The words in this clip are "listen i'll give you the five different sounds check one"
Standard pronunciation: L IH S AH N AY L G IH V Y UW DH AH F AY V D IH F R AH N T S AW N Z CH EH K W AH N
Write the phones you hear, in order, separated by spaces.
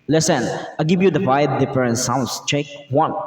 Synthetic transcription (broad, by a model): L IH S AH N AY G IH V Y UW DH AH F AY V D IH P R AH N S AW N S CH EH K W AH N